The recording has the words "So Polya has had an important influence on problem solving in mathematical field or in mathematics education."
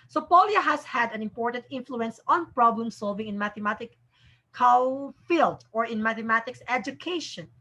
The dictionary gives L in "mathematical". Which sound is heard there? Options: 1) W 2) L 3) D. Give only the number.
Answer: 1